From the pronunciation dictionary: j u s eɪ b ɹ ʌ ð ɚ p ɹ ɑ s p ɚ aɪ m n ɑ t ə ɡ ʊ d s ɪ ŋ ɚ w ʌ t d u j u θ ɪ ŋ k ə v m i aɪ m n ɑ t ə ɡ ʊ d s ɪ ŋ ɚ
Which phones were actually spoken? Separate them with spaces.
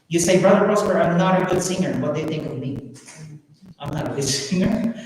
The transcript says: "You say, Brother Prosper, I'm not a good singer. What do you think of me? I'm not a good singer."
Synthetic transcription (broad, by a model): j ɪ s eɪ b ɹ ʌ ð ɚ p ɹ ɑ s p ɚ aɪ m n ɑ t ə ɡ ʊ d s ɪ ŋ ɚ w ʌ t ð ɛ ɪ θ ɪ ŋ k ə v m i aɪ m n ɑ t ə ɡ ʊ d s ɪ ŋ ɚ